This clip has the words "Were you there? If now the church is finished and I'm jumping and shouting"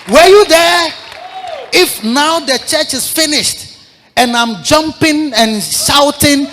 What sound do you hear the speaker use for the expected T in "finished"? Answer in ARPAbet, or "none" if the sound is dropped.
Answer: T